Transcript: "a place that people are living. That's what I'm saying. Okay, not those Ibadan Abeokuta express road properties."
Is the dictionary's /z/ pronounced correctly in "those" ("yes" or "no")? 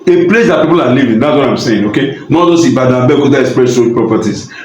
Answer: no